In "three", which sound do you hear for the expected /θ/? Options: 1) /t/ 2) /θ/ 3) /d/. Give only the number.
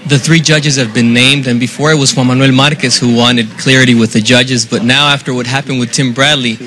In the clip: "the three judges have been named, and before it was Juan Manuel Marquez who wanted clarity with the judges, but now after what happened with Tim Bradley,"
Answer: 2